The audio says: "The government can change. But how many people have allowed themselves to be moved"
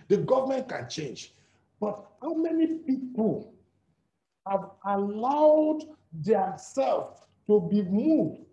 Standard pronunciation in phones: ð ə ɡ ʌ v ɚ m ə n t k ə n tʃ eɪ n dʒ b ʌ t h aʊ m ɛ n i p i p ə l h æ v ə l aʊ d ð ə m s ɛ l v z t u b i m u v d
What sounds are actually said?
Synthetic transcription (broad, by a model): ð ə ɡ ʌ v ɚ m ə n t k ə n tʃ eɪ n dʒ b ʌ t h aʊ m ɛ n i p i p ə l h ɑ v ə l aʊ d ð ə s ɛ l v t u b i m u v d